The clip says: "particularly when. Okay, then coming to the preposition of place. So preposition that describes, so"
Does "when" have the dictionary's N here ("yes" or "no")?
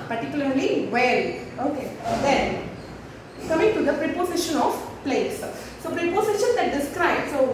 no